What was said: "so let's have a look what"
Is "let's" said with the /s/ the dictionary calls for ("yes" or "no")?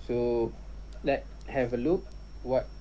no